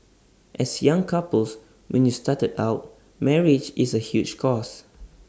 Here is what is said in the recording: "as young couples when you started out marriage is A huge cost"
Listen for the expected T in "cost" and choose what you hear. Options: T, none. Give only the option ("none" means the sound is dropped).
none